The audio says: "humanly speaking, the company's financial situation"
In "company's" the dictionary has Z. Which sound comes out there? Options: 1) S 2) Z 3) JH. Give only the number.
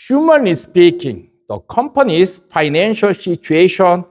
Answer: 1